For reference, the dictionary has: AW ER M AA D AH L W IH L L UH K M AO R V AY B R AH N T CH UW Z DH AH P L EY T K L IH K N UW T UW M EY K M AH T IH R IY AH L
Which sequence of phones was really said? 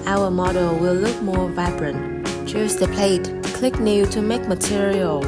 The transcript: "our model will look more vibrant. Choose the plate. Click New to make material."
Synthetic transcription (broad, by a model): AW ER M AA D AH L W IH L L UH K M AO R V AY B R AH N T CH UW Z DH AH P L EY T K L IH K N UW T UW M EY K M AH T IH R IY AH L